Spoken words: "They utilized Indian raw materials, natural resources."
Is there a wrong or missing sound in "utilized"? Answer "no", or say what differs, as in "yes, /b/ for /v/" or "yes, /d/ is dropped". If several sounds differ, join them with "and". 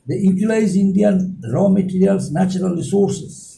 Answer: yes, /d/ is dropped